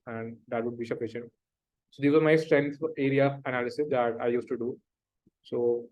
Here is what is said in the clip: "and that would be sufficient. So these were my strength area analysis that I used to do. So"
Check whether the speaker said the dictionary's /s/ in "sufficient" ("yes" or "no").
no